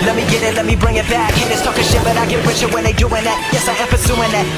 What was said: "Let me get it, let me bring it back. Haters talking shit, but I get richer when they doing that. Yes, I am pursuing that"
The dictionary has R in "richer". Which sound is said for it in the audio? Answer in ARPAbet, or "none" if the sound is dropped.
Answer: W